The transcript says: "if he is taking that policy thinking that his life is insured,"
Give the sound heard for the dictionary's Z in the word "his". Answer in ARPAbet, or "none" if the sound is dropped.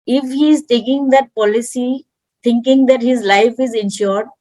Z